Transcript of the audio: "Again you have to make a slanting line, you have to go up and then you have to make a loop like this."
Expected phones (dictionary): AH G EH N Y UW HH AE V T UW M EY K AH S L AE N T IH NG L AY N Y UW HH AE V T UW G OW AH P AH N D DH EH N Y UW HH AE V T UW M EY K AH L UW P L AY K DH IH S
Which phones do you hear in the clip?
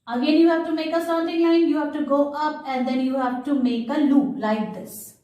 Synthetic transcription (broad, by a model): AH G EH N Y UW HH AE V T UW M EY K AH S AH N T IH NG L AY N Y UW HH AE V T UW G OW AH P AH N D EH N Y UW HH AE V T UW M EY K AH L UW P L AY K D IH S